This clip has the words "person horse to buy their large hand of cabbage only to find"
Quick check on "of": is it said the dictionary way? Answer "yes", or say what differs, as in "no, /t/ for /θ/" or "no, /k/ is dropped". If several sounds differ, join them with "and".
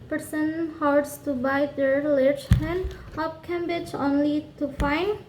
no, /p/ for /v/